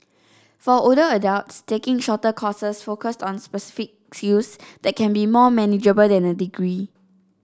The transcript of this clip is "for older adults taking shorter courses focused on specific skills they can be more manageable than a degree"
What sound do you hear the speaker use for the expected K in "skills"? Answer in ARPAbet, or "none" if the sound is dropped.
none